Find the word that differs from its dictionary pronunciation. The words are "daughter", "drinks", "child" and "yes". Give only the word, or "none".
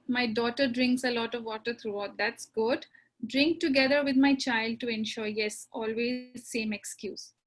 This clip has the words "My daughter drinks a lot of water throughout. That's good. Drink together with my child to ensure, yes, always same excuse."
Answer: none